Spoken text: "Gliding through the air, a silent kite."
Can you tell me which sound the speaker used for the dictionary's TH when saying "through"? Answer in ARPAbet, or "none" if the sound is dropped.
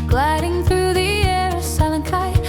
TH